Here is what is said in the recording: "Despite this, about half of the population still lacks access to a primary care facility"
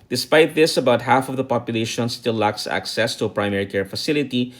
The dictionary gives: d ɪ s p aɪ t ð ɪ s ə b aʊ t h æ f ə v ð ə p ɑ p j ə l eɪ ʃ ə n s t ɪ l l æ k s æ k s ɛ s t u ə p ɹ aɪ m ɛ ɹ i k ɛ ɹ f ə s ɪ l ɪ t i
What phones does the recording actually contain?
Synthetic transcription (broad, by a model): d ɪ s p aɪ t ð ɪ s ə b aʊ t h æ f ə v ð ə p ɑ p j ə l eɪ ʃ ə n s t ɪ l l æ k s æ k s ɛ s t u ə p ɹ aɪ m ɛ ɹ i k ɛ ɹ f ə s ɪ l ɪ t i